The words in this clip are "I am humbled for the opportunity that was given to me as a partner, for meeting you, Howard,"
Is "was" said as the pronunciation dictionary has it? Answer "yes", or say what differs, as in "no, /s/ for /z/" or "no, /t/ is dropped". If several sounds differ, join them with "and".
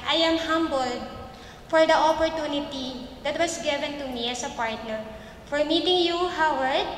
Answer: no, /s/ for /z/